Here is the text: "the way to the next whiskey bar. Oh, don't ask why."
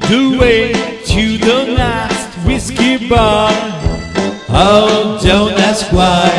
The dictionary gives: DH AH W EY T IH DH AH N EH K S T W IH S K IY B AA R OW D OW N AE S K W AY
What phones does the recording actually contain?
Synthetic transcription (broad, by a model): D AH W EY T IH DH AH L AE S T W IH S K IY B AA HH OW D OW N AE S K W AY